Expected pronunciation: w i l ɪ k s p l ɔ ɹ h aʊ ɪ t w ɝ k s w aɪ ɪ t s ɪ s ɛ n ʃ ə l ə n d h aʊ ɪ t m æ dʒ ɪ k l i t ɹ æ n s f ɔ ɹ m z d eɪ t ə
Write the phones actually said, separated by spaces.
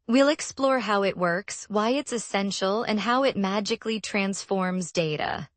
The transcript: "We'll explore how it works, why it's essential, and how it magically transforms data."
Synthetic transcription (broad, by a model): w i l ɪ k s p l ɔ ɹ h aʊ ɪ t w ɝ k s w aɪ ɪ t s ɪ s ɛ n ʃ l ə n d h aʊ ɪ t m æ dʒ ɪ k l i t ɹ æ n s f ɔ ɹ m z d eɪ t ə